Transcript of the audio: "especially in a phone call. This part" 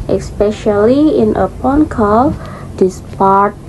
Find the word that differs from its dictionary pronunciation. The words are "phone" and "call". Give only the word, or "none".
phone